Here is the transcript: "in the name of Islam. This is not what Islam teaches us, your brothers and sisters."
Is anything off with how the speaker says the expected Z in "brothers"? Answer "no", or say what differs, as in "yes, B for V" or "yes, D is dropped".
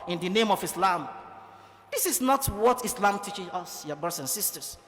yes, S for Z